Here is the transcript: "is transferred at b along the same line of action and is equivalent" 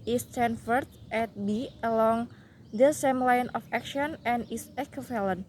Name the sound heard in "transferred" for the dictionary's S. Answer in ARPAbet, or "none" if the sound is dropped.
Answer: none